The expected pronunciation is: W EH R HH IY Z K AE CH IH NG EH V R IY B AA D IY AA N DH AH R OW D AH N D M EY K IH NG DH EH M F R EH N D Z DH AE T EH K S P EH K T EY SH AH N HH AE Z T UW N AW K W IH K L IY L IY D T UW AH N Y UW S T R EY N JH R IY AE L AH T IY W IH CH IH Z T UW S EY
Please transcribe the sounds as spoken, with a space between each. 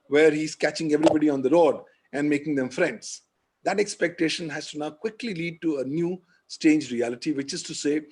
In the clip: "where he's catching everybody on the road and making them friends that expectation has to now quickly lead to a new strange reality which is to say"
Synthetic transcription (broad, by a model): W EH R HH IY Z K AE CH IH NG EH V R IY B AA D IY AA N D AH R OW D AH N D M EY K IH NG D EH M F R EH N D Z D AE T EH K S P EH K T EY SH AH N HH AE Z T UW N AW K W IH K L IY L IY D T UW AH N Y UW S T EY N JH R IY AE L AH T IY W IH CH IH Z T UW S EY